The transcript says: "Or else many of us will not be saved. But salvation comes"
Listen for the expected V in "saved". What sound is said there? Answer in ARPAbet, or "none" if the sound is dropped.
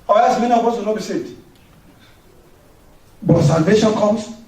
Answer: none